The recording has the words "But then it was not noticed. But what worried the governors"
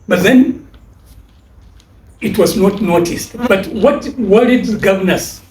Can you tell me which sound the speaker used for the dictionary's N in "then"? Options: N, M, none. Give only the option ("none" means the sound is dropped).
N